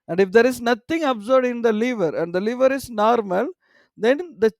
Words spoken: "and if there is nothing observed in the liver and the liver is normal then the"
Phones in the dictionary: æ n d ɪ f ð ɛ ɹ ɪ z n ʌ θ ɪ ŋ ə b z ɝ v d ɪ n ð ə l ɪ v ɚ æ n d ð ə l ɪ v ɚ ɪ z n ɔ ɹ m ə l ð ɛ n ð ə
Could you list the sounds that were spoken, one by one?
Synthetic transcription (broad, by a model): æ n d ɪ f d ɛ ɹ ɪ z n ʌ t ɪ ŋ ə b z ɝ d ɪ n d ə l ɪ v ɚ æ n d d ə l ɪ v ɚ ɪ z n ɔ ɹ m ə l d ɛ n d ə